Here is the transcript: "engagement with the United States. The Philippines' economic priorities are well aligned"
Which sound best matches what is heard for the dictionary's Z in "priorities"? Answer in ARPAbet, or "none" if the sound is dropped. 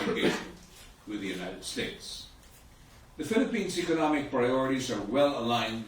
Z